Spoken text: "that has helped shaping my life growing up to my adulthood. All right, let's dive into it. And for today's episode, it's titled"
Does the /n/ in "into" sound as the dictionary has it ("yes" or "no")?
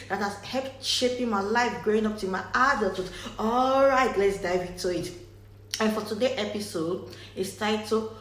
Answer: no